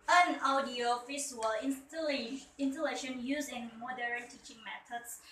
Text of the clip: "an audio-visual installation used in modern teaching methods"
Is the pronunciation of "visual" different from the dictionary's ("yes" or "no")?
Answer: yes